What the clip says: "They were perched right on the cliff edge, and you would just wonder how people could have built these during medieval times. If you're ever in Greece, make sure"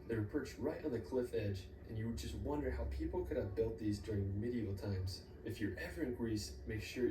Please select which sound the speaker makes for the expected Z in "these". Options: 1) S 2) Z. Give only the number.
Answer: 2